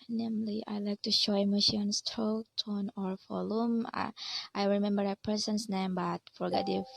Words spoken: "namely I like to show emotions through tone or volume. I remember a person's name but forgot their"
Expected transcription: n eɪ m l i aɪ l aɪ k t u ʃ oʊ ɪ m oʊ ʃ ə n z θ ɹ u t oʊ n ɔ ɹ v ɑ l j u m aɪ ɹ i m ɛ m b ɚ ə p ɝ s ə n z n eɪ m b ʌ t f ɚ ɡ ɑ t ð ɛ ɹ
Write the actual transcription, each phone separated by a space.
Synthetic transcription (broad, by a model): n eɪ m l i aɪ l aɪ k t u ʃ oʊ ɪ m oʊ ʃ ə n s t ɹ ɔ t oʊ n ɔ ɹ f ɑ l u m aɪ ɹ i m ɛ m b ɚ ə p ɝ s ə n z n eɪ m b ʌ t f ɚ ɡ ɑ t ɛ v